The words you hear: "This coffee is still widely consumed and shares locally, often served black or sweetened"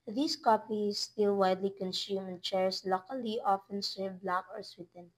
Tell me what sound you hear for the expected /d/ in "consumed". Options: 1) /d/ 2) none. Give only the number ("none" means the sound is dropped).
2